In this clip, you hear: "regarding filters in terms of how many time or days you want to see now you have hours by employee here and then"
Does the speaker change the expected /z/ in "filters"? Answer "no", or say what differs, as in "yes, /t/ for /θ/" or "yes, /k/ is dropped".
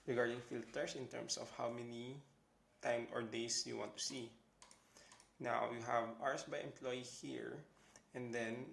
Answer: yes, /s/ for /z/